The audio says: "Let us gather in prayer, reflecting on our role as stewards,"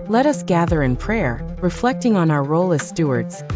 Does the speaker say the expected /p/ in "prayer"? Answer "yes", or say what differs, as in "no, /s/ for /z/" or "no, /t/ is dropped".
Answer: yes